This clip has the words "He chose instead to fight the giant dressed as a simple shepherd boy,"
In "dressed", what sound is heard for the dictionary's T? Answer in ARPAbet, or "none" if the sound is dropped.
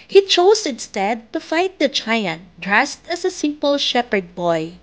T